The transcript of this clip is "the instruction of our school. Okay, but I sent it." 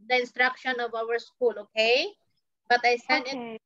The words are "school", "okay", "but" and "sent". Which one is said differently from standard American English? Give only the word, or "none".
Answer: sent